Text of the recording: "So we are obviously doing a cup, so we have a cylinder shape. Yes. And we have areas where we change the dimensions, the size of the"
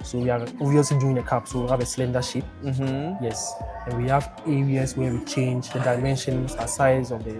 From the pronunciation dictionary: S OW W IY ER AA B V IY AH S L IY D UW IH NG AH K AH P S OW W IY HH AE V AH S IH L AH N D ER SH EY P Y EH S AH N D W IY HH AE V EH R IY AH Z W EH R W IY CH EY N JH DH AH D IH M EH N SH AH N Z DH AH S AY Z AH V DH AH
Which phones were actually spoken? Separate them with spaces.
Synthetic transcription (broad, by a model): S OW W IY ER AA V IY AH S L IY D UW IH NG AH K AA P S OW W IY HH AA V AH S L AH N D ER SH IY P Y EH S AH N W IY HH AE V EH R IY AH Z W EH W IY CH EY N JH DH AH D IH M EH N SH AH N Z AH S AY Z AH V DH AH